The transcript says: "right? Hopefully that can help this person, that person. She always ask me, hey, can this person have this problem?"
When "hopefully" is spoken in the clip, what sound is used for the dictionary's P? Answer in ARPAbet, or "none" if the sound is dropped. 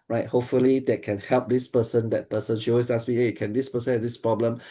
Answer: P